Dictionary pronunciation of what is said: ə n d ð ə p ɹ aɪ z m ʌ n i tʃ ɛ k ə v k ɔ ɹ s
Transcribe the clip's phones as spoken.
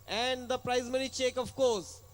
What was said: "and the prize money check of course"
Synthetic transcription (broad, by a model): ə n d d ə p ɹ aɪ z m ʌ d i tʃ ɛ k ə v k ɔ ɹ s